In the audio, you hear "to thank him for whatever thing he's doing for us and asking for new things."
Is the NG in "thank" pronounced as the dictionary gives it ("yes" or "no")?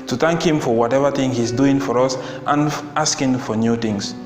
yes